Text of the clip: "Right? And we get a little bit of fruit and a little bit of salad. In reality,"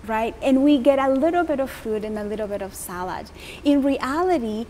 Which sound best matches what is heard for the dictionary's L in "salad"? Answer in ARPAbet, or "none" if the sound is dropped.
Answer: L